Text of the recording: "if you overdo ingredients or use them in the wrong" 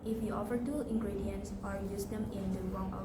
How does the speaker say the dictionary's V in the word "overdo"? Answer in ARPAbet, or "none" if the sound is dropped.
F